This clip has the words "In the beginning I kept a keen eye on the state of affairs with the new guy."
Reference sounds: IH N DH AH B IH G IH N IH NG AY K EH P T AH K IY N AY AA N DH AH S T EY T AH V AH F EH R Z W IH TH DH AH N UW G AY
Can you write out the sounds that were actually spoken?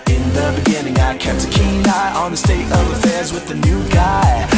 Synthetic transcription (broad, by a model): IH N DH AH B IH G IH N IH NG AY K EH P T AH K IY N AY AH N DH AH S T EY T AH V AH F EH R Z W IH DH AH N UW G AY